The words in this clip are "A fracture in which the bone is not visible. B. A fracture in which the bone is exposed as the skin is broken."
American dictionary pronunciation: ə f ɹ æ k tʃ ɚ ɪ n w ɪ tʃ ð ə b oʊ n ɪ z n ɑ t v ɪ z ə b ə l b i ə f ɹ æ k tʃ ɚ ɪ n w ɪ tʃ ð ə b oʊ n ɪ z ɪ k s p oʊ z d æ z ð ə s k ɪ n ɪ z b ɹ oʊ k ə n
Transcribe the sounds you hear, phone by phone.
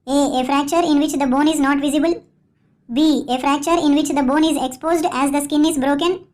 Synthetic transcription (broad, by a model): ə f ɹ æ k tʃ ɚ ɪ n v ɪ tʃ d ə b oʊ n ɪ z n ɑ t v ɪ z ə b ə l b i ə f ɹ æ k tʃ ɚ ɪ n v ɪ tʃ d ə b oʊ n ɪ z ɪ k s p oʊ z d æ z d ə s k ɪ n ɪ z b ɹ oʊ k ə n